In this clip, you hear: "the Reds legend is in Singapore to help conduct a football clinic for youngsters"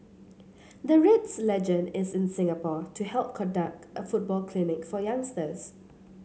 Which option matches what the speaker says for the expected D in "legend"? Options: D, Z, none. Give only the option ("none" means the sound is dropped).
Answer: D